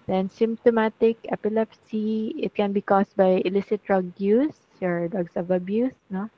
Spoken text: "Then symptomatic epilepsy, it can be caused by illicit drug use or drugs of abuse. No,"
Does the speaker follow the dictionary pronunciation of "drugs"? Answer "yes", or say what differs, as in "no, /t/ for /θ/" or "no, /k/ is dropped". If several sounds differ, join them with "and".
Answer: no, /s/ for /z/